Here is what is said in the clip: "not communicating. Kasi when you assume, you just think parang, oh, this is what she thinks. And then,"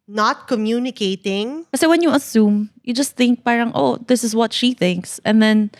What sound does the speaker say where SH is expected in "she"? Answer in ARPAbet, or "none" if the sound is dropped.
SH